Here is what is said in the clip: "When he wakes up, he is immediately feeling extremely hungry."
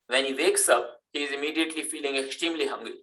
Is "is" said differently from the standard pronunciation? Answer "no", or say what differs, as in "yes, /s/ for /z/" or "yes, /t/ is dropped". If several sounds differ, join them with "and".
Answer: no